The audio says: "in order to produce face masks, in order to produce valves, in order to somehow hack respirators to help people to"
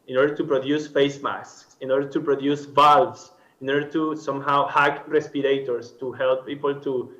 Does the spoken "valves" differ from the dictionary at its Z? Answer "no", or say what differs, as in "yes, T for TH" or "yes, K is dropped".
yes, S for Z